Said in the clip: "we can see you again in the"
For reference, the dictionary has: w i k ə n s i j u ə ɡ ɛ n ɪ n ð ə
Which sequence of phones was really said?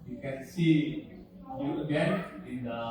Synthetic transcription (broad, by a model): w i k ə n s i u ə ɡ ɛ ɪ n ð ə